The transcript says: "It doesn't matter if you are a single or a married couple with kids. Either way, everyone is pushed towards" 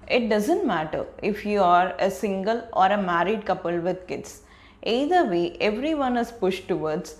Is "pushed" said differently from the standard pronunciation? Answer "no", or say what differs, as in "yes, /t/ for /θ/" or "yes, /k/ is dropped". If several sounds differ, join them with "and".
no